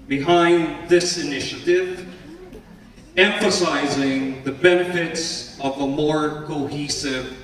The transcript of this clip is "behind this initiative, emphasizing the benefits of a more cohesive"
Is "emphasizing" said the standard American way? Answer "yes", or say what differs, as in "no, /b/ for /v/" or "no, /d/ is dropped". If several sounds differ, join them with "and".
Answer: yes